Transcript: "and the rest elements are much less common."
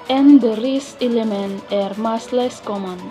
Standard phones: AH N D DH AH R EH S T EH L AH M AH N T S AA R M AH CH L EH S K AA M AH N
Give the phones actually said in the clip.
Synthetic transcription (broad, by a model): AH N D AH R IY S EH L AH M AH N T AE R M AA S L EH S K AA M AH N